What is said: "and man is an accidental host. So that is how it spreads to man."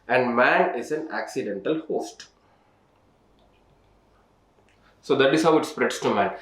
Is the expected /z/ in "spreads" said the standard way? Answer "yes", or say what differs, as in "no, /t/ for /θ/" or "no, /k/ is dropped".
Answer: no, /s/ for /z/